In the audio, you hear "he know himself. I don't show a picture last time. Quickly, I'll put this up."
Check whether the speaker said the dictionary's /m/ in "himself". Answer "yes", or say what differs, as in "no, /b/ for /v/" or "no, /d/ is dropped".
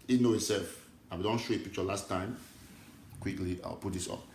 no, /m/ is dropped